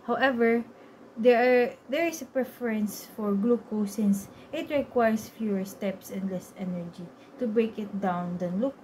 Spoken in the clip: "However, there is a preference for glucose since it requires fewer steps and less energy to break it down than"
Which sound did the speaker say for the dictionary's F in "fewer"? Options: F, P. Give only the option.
F